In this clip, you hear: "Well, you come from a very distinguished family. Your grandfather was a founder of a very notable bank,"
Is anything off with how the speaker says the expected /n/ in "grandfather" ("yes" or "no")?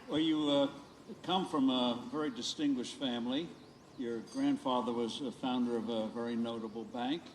no